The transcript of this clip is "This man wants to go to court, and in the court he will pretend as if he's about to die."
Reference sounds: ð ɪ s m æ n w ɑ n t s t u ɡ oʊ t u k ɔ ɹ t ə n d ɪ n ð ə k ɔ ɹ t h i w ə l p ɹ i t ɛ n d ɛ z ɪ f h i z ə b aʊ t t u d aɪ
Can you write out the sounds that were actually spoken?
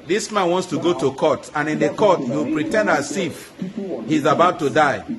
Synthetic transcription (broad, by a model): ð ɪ s m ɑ n w ɑ n t s t u ɡ oʊ t u k ɔ t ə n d ɪ n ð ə k ɔ t h i w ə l p ɹ i t ɛ n d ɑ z ɪ f h i z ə b aʊ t t u d aɪ